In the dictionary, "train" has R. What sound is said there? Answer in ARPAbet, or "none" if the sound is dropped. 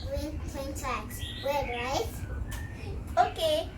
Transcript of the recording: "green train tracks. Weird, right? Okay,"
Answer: none